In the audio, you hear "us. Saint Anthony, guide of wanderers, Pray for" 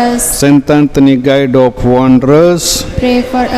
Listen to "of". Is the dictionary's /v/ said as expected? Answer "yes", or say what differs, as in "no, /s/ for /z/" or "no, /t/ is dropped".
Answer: no, /p/ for /v/